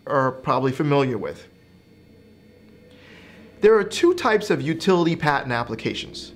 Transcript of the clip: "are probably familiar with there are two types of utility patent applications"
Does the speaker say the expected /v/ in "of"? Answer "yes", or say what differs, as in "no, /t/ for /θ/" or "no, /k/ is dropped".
yes